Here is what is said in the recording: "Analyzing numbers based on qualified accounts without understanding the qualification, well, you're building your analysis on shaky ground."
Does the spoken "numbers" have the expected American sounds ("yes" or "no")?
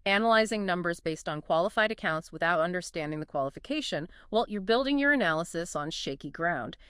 yes